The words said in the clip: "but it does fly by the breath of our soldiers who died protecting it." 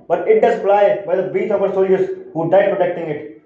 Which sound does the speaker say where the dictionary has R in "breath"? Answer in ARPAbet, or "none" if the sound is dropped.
none